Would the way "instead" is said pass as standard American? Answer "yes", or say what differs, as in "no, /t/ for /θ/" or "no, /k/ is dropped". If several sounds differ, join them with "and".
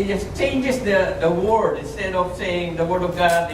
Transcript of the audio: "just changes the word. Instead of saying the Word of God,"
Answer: yes